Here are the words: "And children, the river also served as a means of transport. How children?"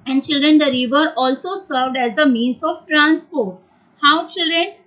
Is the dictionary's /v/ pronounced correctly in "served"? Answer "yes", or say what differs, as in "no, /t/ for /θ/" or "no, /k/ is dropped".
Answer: yes